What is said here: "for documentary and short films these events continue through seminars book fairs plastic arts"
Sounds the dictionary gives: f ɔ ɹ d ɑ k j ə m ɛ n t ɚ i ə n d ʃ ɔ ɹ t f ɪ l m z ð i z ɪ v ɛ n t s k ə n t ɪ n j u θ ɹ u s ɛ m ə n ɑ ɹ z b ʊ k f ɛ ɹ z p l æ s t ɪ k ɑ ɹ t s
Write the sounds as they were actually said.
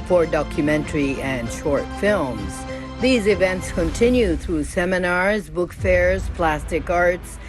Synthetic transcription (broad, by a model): f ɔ ɹ d ɑ k j ə m ɛ n t ɚ i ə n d ʃ ɔ ɹ t f ɪ l m z ð i z ɪ v ɛ n t s k ə n t ɪ n j u θ ɹ u s ɛ m ə n ɑ ɹ z b ʊ k f ɛ ɹ z p l æ s t ɪ k ɑ ɹ t s